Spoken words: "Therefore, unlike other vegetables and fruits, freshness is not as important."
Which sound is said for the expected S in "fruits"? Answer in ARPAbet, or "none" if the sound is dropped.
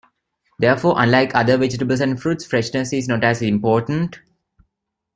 S